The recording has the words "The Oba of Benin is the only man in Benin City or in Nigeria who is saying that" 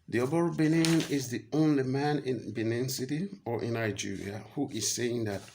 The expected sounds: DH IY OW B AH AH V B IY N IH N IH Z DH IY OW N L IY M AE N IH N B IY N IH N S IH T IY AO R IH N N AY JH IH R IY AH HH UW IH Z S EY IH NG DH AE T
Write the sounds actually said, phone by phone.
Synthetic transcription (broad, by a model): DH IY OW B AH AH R B IY N IH N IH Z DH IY OW N L IY M AE N IH N B IY N IH N S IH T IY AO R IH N N AY JH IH R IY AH HH UW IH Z S EY IH NG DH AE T